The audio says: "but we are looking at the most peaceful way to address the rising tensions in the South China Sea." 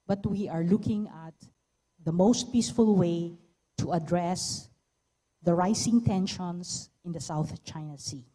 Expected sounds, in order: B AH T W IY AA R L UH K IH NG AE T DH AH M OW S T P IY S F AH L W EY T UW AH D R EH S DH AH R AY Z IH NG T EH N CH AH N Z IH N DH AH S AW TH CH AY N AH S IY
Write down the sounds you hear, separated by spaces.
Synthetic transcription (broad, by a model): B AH T W IY AA R L UH K IH NG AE T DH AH M OW S T P IY S F AH L W EY T UW AH D R EH S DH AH R AY S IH NG T EH N SH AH N S IH N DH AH S AW TH CH AY N AH S IY